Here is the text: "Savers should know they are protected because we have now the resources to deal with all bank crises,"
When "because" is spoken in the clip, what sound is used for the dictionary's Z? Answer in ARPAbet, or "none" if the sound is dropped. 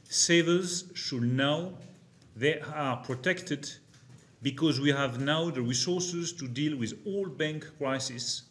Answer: Z